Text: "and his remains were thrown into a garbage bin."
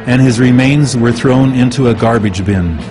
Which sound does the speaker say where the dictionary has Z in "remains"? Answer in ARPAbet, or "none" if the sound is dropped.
Z